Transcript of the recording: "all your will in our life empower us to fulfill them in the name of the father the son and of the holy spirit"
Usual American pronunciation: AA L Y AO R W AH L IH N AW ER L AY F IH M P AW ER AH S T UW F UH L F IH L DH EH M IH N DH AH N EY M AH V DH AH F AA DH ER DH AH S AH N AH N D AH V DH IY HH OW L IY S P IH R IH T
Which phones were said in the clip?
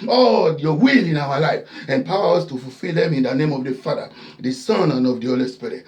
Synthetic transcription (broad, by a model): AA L Y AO W AH L IH N AW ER L AY F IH P AW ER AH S T UW F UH L F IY L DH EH M IH N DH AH N EY M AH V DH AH F AA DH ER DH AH S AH N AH N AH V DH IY HH OW L IY S P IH R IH T